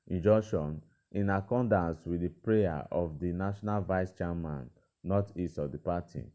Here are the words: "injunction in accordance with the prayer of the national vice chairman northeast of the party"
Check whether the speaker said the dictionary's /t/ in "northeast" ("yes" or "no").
no